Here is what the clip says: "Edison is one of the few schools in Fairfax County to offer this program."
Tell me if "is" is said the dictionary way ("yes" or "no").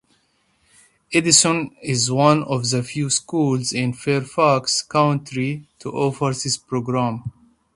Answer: yes